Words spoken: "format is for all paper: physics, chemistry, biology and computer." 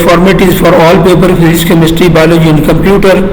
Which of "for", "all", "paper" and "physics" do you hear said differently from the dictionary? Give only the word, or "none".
physics